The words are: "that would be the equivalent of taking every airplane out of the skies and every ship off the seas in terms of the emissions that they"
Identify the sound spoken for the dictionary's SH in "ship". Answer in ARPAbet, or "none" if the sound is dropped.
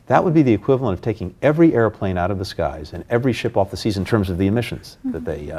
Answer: SH